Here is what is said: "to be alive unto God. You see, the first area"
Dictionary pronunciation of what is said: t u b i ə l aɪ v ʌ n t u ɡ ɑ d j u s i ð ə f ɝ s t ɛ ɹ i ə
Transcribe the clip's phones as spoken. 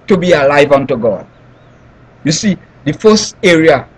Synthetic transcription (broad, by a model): t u b i ə l aɪ v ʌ n t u ɡ ɑ d j u s i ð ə f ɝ s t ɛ ɹ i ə